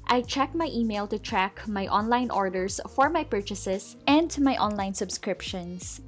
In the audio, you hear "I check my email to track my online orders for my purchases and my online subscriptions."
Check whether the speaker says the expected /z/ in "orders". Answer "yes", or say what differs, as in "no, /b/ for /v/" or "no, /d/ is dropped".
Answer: no, /s/ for /z/